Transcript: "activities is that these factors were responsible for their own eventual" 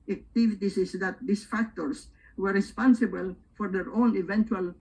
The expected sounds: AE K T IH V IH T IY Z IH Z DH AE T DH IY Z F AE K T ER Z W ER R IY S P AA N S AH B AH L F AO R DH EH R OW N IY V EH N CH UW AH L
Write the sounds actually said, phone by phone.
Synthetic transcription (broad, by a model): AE K T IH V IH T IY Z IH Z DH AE T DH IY S F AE K T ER S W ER R IY S P AA N S AH B AH L F AO R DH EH R OW N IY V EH N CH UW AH L